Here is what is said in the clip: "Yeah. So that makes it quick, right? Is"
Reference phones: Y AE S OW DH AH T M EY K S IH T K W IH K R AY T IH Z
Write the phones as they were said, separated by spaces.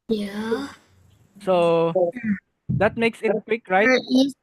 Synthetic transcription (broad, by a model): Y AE S OW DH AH T M EY K S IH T K W IH K R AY IH